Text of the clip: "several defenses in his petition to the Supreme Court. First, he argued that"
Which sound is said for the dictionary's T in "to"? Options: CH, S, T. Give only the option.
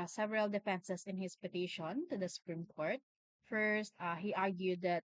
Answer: T